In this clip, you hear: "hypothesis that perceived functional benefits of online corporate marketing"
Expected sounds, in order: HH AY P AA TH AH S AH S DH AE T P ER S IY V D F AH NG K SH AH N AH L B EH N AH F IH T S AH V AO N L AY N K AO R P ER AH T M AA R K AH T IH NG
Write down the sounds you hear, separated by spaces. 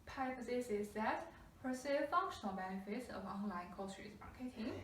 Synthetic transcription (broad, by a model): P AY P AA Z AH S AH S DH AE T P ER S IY F AH NG K SH AH N AH L B EH N AH F IH T S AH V AO N L AY N K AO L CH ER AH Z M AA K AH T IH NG